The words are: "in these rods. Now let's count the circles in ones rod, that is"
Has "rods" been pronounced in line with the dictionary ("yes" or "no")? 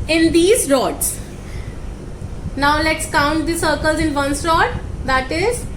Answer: no